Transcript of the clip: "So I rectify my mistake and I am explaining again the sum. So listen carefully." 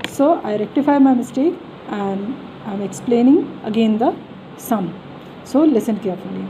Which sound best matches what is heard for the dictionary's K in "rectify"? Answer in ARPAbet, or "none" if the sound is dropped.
K